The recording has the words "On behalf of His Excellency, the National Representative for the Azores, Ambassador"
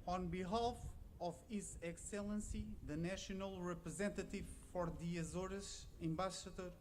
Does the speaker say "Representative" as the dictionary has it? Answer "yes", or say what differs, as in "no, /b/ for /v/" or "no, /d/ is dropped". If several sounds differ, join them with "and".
yes